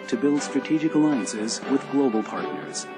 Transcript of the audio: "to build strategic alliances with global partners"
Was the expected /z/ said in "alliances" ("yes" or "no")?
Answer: yes